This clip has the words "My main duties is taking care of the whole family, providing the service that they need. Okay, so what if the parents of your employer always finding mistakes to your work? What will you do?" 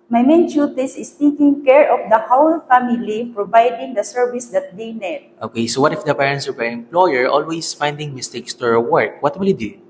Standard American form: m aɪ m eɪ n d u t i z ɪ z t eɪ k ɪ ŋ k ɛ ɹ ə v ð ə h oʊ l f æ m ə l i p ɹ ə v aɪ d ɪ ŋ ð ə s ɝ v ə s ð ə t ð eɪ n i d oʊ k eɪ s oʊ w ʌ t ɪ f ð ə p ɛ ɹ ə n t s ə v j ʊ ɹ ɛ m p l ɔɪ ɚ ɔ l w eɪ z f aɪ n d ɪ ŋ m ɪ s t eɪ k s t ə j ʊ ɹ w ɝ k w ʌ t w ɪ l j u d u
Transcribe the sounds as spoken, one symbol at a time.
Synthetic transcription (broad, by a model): m aɪ m eɪ n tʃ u t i s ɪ s t eɪ k ɪ ŋ k ɛ ɹ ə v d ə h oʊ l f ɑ m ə l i p ɹ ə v aɪ d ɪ ŋ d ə s ɝ v ə s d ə t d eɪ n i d oʊ k eɪ s oʊ w ʌ t ɪ f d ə p ɛ ɹ ə n t s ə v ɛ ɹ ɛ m p l ɔɪ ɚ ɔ l w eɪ s f aɪ n d ɪ ŋ m ɪ s t eɪ k s t ə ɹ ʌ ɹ w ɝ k w ʌ t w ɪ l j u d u